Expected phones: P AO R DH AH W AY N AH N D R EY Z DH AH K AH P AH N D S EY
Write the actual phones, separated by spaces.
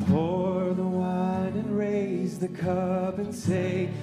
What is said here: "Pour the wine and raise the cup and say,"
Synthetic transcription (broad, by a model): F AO R DH AH W AY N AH N R EY Z DH AH K AH B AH N S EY